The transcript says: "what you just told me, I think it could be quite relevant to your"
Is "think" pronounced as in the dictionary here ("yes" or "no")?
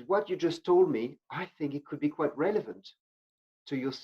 yes